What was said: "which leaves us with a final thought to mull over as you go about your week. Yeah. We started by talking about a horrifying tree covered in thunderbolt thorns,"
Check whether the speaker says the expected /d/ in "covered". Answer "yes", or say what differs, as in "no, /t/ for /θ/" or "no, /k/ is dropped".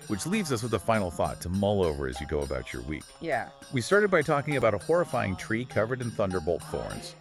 yes